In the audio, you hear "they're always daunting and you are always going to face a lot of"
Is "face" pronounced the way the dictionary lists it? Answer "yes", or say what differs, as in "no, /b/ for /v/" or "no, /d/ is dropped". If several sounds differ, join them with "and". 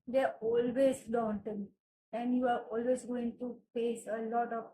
no, /p/ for /f/